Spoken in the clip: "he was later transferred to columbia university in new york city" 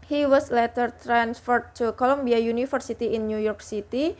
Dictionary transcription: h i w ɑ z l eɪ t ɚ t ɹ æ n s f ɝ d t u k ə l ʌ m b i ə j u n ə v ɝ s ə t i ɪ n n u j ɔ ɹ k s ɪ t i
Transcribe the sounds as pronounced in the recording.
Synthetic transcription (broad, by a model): h i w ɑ s l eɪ t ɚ t ɹ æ n s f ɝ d t u k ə l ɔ m b i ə j u n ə f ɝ s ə t i ɪ n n u j ɔ ɹ k s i t i